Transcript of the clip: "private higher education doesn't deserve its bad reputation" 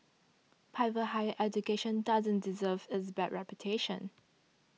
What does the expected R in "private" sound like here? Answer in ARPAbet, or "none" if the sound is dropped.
none